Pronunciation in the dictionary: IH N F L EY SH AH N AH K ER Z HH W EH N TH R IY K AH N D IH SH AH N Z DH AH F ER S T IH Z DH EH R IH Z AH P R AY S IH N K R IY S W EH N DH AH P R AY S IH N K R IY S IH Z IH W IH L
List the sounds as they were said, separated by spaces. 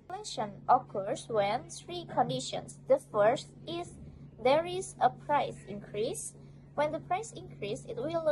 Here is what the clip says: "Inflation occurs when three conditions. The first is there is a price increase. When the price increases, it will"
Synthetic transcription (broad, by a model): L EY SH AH N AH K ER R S W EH N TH R IY K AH N D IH SH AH N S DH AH F ER S T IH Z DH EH R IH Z AH P R AY S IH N K R IY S W EH N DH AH P R AY S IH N K R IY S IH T W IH L